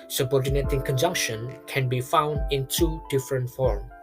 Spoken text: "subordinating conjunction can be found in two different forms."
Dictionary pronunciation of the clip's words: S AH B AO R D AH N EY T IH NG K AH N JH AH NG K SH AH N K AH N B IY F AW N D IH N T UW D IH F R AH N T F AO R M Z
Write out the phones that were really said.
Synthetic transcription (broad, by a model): S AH B AO R D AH N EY T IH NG K AH N JH AH NG K SH AH N K AH N B IY F AW N D IH N T UW D IH F R AH N T F AO R M